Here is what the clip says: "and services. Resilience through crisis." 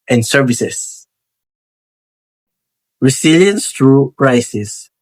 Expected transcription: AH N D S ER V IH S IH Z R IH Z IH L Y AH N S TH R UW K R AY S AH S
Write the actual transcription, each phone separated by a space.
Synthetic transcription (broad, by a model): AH N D S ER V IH S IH S R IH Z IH L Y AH N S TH R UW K R AY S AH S